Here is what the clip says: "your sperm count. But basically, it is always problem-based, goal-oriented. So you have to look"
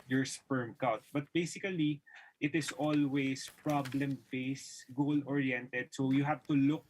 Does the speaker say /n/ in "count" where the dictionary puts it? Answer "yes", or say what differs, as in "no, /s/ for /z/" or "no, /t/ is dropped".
no, /n/ is dropped